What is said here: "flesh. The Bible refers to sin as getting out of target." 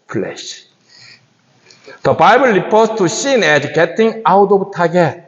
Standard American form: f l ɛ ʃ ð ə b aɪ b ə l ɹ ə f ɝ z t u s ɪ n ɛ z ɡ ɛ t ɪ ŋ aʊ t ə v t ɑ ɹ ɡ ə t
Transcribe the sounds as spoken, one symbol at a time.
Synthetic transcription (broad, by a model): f l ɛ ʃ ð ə b aɪ b ə l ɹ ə p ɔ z t u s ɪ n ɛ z ɡ ɛ t ɪ ŋ aʊ t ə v t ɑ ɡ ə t